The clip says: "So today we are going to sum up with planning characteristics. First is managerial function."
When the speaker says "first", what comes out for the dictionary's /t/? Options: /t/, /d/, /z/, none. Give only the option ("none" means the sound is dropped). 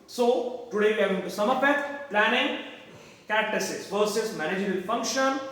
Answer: none